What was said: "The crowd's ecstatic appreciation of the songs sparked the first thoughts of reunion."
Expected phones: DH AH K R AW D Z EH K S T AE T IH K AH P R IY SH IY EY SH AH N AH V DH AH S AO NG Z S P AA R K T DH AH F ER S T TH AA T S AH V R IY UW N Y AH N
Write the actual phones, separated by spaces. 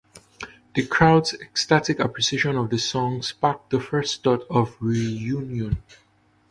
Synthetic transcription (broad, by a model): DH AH K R AW D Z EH K S T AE T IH K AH P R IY S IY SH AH N AH V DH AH S AO NG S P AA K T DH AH F ER S T T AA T AH V R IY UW N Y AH N